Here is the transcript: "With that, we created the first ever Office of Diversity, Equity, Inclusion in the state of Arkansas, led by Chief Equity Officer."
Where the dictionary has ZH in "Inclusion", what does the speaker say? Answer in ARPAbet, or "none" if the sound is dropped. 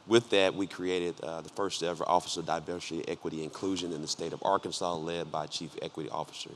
ZH